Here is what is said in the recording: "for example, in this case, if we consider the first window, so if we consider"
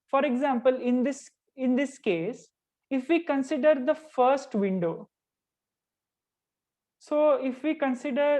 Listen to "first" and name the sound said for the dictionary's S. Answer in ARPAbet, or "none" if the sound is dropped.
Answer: S